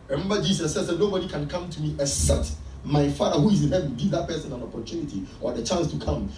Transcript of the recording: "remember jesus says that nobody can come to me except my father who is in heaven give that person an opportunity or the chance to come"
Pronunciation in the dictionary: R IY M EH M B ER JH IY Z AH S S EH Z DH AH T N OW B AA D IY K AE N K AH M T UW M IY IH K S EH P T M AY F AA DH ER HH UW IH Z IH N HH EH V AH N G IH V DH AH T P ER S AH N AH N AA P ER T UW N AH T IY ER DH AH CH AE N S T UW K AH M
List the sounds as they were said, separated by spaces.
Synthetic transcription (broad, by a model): R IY M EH M B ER JH IY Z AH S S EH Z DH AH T N OW B AA D IY K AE N K AH M T UW M IY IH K S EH T M AY F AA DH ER HH UW IH Z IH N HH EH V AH G IH V DH AH T P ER S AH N AH N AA P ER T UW N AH T IY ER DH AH CH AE N S T UW K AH M